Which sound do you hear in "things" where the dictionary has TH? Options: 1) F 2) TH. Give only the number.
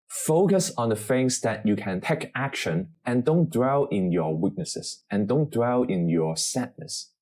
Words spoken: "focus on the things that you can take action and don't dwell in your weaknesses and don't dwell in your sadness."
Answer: 1